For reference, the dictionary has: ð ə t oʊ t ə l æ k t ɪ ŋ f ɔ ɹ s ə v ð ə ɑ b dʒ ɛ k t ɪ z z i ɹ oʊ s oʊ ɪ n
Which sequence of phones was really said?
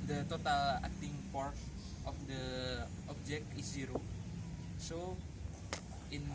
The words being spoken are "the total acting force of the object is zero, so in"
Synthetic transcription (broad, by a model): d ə t oʊ t ə l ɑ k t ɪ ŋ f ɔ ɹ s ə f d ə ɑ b dʒ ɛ k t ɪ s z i ɹ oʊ s oʊ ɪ n